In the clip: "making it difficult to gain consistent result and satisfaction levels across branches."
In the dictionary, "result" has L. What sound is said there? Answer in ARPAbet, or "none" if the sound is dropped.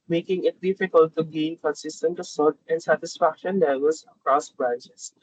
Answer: none